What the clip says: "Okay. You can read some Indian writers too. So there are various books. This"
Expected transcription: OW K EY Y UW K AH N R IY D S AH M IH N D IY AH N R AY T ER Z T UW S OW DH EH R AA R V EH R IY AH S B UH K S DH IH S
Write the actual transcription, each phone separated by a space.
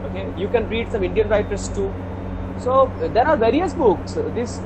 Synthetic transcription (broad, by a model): OW K EY Y UW K AH N R IY D S AH M IH N D IY AH N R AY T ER S T UW S OW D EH R AA R V EH R IY AH S B UH K S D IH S